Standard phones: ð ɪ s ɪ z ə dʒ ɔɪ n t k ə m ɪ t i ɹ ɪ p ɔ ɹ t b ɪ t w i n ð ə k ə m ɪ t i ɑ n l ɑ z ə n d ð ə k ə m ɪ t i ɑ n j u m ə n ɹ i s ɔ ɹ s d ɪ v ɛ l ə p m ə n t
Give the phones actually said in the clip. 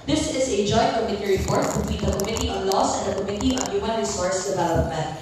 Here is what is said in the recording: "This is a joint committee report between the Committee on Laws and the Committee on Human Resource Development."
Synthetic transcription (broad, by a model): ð ɪ s ɪ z ə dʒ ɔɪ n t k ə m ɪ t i ɹ ɪ p ɔ ɹ t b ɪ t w i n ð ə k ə m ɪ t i ɑ n l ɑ s ə n d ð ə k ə m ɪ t i ɑ n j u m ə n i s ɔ ɹ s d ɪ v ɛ l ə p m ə n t